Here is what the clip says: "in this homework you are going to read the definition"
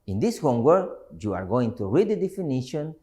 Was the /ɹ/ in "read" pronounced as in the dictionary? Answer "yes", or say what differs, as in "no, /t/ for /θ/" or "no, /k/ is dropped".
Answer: yes